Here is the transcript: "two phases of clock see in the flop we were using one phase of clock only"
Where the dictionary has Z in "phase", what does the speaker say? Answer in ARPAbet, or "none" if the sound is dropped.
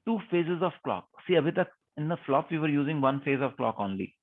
Z